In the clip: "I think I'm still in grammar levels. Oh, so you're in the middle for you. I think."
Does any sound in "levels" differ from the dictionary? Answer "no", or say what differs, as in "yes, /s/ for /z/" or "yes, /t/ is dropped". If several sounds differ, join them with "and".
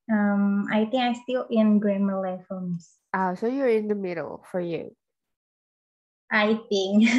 yes, /f/ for /v/